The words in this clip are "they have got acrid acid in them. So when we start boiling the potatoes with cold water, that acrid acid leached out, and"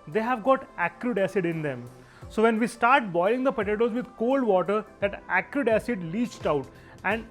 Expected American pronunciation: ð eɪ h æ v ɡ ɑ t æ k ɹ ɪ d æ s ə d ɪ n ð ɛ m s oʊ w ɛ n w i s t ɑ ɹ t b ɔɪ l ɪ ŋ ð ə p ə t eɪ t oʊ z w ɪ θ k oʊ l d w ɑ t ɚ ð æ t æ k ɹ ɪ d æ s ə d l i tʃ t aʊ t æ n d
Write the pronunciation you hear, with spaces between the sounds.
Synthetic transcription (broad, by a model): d eɪ h æ v ɡ ɑ t æ k ɹ ɪ d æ s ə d ɪ n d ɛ m s oʊ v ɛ n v i s t ɑ ɹ t b ɔɪ l ɪ ŋ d ə p ə t eɪ t oʊ z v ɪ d k oʊ l d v ɑ t ɚ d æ t æ k ɹ ɪ d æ s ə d l i tʃ t aʊ t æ n d